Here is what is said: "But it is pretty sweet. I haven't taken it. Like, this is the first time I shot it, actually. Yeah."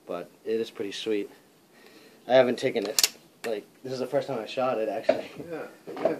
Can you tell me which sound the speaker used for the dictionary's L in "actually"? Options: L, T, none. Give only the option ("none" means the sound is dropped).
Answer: none